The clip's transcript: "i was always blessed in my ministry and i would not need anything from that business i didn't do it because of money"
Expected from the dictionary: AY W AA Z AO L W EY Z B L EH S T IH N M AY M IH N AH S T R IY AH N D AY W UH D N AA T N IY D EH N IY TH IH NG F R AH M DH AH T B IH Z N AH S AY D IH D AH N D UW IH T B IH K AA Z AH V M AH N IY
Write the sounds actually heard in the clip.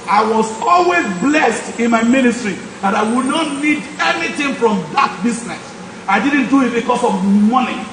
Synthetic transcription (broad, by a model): AY W AA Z AO L W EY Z B L EH S T IH N M AY M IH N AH S T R IY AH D AY W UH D N AA T N IY D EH N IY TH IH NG F R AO M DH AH T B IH S N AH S AY D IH D N D UW IH T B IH K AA S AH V M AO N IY